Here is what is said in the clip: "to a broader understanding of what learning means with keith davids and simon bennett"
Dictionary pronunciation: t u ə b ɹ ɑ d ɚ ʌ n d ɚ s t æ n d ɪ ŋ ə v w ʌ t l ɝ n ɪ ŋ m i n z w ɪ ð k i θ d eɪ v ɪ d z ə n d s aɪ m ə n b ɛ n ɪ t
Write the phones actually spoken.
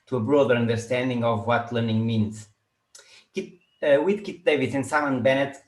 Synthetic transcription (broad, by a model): t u ə b ɹ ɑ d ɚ ʌ n d ɚ s t æ n d ɪ ŋ ə v w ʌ t l ɝ n ɪ ŋ m i n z w ɪ ð k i t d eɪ v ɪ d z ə n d s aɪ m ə n b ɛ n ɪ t